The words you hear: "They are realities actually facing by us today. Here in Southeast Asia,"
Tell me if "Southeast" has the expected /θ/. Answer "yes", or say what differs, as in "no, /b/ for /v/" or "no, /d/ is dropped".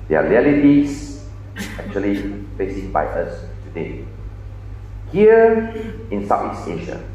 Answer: no, /t/ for /θ/